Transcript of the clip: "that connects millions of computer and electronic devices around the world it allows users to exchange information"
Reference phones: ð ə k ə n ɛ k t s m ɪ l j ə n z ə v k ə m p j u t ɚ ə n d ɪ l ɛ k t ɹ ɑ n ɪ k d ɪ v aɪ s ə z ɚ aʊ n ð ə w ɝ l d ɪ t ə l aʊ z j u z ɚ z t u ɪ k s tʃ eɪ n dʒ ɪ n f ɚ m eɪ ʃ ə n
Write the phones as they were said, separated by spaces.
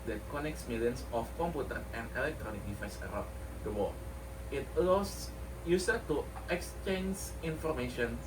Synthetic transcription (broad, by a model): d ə k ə n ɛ k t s m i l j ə n s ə f k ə m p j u t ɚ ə n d ɪ l ɛ k t ɹ ɑ n ɪ k d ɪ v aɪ s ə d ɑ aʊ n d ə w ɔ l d ɪ t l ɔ s j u s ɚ t u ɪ k s tʃ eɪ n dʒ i n f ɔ m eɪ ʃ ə n